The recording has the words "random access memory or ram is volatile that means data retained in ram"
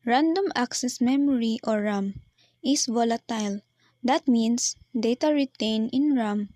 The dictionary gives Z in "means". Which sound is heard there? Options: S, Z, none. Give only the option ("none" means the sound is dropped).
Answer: S